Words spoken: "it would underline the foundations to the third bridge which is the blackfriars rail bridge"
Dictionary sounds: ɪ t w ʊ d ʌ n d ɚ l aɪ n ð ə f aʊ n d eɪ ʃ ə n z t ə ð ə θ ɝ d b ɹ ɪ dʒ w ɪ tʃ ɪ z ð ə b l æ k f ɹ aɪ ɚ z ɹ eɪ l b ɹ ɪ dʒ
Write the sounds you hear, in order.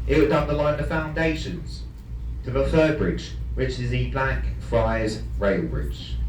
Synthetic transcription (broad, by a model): ɪ t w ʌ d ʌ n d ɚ l aɪ n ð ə f aʊ n d eɪ ʃ ə n z t ə ð ə f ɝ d b ɹ ɪ dʒ w ɪ tʃ ɪ z ð ə b l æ k f ɹ aɪ z ɹ eɪ l b ɹ ɪ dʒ